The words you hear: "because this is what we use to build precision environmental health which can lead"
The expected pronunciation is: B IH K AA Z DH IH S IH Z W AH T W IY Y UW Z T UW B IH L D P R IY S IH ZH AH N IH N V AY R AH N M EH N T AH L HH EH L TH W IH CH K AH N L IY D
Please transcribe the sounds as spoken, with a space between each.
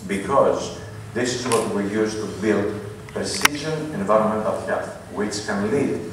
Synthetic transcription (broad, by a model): B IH K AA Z DH IH S IH Z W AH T W IY Y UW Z T UW B IH L D P R IY S IH ZH AH N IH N V AY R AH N M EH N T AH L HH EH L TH W IH CH K AH N L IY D